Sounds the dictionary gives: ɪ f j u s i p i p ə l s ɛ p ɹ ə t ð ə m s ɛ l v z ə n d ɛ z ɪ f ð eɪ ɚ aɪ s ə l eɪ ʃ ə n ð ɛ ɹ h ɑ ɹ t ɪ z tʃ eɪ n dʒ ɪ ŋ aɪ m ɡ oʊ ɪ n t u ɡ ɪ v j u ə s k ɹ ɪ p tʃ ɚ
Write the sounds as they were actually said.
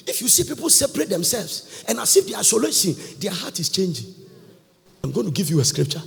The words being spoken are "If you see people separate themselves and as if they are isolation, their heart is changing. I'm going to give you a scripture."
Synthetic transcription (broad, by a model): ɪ f j u s i p i p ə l s ɛ p ɹ ə t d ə m s ɛ l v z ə n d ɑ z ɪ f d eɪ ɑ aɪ s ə l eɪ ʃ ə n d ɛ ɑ h ɑ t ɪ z tʃ eɪ n dʒ ɪ ŋ aɪ m ɡ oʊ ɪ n t u ɡ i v j u ə s k ɹ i p tʃ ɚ